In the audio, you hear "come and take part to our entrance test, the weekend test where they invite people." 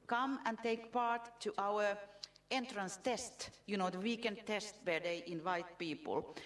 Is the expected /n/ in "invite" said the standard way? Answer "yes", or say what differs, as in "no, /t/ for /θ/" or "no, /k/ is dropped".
yes